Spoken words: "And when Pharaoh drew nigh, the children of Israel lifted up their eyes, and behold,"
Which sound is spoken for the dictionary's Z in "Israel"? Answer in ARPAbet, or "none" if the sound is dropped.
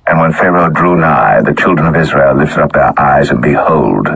Z